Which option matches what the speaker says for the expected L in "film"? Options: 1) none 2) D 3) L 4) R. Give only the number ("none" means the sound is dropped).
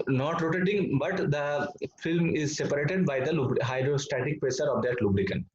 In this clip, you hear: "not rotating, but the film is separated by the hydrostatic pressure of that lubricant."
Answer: 3